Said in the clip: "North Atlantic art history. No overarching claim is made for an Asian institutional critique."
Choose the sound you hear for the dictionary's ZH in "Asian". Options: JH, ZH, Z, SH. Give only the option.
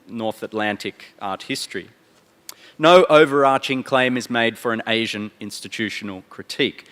ZH